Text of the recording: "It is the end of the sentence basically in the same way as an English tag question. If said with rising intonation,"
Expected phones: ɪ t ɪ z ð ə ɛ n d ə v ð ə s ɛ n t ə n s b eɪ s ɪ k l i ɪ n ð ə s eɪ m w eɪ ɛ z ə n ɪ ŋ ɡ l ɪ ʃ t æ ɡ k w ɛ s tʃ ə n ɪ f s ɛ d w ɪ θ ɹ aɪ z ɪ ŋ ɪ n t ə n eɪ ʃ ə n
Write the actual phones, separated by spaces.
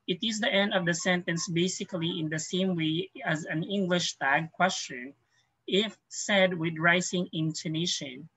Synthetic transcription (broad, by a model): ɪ t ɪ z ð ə ɛ n d ə v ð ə s ɛ n t ə n s b eɪ s ɪ k l i ɪ n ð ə s eɪ m w eɪ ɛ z ə n ɪ ŋ ɡ l ɪ ʃ t æ ɡ k w ɛ s tʃ ə n ɪ f s ɛ d w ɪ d ɹ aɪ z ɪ ŋ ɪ n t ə n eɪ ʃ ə n